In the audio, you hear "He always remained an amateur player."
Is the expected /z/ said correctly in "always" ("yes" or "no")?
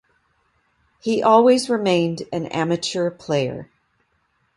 yes